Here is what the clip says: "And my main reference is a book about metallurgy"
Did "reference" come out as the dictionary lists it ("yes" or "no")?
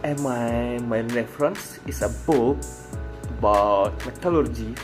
yes